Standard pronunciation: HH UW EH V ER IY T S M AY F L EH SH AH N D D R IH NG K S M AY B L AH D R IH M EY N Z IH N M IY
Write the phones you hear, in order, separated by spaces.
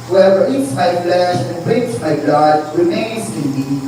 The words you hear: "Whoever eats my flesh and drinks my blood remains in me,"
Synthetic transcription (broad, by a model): HH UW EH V ER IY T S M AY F L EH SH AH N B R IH K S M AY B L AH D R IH M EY N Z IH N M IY